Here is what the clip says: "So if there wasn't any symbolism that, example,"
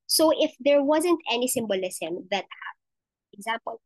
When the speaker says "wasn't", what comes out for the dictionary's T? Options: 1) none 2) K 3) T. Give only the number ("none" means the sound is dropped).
3